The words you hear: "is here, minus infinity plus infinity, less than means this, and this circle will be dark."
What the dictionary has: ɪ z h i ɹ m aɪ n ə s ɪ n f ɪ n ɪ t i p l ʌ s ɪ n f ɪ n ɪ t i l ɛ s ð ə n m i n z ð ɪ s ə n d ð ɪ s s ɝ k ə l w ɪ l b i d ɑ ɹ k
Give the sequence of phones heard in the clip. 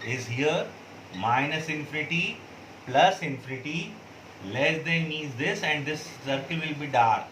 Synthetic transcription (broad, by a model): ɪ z h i ɹ m aɪ n ə s ɪ n f ɪ n ɪ t i p l ʌ s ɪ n f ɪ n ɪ t i l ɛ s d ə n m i z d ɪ s ə n d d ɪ s s ɝ k ə l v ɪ l b i d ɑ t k